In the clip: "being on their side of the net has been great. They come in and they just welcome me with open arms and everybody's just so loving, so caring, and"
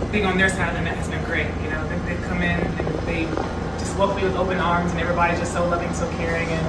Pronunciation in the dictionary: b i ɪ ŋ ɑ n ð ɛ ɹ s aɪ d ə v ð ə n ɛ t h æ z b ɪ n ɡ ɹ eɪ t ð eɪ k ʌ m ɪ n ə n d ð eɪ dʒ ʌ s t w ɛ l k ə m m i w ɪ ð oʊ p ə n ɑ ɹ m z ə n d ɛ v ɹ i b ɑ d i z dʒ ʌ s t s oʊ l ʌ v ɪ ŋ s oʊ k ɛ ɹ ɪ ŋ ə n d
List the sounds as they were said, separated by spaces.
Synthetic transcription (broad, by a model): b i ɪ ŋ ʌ n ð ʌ ɹ s aɪ d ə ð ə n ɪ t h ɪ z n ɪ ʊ ɡ ɹ eɪ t ð eɪ k ʌ m ɪ n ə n ð eɪ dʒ ʌ s t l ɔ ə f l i w ɪ ð oʊ p ə n ɑ ɹ m z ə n ɛ v ɹ i b ɑ d i z dʒ ʌ s t s oʊ l ʌ v ɪ ŋ s oʊ k ɛ ɹ ɪ ŋ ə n